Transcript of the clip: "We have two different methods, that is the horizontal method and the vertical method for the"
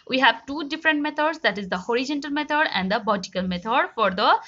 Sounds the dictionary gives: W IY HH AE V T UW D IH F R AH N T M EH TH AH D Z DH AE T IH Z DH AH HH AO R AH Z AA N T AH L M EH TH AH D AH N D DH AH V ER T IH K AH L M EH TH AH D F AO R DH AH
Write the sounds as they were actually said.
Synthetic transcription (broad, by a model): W IY HH AE V T UW D IH F R AH N T M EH T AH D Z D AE T IH Z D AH HH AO R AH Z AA N T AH L M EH T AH D AH N D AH B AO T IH K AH L M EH T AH D F AO R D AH